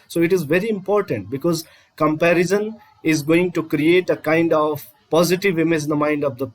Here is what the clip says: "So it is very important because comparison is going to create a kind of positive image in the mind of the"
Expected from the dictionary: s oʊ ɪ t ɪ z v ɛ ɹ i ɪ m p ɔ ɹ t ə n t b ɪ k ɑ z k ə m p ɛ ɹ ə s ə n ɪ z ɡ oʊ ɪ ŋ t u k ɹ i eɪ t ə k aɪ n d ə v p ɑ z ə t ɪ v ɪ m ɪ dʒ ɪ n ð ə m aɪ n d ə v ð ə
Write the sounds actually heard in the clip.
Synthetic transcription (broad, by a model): s oʊ ɪ t ɪ z v ɛ ɹ i ɪ m p ɔ ɹ t ə n t b ɪ k ɑ z k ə m p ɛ ɹ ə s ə n ɪ z ɡ oʊ ɪ ŋ t u k ɹ i eɪ t ə k aɪ n d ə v p ɑ z ə t ɪ v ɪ m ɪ z ɪ n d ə m aɪ n d ə v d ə